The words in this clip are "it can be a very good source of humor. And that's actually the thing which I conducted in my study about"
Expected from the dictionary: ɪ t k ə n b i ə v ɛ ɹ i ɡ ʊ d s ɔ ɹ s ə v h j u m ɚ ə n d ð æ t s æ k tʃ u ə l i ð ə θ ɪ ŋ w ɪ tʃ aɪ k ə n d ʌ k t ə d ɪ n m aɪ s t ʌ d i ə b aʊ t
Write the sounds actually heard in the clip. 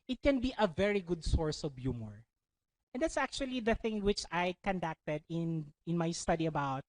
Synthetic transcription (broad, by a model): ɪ t k ə n b i ə v ɛ ɹ i ɡ ʊ d s ɔ ɹ s ə v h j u m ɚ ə n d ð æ t s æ k tʃ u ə l i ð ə θ ɪ ŋ w ɪ tʃ aɪ k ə n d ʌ k t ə d ɪ n m aɪ s t ʌ d i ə b aʊ t